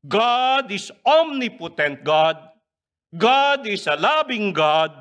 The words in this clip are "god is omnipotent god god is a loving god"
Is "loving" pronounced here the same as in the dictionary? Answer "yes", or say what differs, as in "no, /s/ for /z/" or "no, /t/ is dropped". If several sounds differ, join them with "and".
no, /b/ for /v/